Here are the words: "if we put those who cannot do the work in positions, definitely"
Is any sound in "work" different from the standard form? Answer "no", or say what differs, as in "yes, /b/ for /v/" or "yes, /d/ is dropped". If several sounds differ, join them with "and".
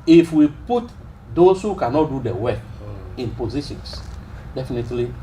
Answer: yes, /k/ is dropped